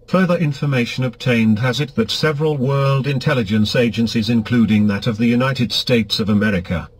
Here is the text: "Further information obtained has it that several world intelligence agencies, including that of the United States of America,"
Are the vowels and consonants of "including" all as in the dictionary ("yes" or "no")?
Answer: yes